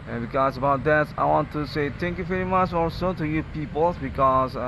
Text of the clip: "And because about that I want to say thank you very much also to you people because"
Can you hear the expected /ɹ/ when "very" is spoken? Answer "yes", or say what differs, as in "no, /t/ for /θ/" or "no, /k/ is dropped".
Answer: yes